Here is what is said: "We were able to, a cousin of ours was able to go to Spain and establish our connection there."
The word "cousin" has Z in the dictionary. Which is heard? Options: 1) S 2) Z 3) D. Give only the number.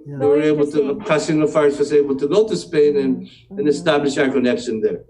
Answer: 1